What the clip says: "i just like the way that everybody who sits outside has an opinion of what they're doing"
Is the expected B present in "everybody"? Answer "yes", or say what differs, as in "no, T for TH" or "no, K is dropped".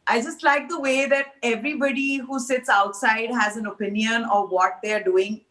yes